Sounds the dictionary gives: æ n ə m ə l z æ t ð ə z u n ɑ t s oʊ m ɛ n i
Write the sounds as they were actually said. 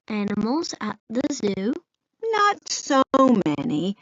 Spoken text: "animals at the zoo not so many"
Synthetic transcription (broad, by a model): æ n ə m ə l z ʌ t ð ə z u n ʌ t s oʊ m ɛ n i